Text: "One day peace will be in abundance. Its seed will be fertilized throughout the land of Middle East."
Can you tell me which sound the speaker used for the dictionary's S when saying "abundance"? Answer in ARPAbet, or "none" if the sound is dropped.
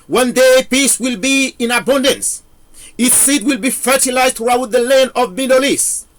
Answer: S